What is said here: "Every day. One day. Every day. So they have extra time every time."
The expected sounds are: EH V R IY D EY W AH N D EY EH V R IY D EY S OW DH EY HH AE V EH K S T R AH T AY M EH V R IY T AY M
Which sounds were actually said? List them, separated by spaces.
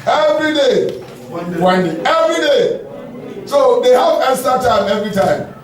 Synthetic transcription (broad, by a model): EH V R IY D EY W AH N D EY EH V R IY D EY S OW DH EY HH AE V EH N S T AH T AY M EH V R IY T AY M